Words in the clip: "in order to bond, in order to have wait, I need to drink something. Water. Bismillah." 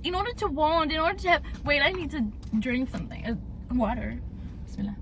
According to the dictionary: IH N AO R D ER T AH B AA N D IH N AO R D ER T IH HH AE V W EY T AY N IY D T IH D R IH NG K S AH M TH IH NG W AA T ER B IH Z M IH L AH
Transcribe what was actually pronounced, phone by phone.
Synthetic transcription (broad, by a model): IH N AO R D ER T AH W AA N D IH N AO R D ER T IH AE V W EY T AY N IY D T IH D R IH NG K S AH M TH IH NG W AA T ER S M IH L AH